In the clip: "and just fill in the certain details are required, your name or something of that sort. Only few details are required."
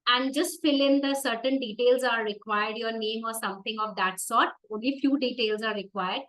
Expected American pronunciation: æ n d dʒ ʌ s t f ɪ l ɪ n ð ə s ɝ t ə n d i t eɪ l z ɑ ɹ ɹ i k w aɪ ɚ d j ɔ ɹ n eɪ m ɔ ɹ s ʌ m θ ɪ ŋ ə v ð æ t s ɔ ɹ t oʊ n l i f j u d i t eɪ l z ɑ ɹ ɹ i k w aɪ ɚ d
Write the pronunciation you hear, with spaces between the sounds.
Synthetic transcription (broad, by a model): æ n d dʒ ʌ s t f ɪ l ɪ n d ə s ɝ t ə n d i t eɪ l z ɑ ɹ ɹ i k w aɪ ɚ d j ɔ ɹ n eɪ m ɔ ɹ s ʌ m t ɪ ŋ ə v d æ t s ɔ ɹ t oʊ n l i f j u d i t eɪ l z ɑ ɹ ɹ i k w aɪ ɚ d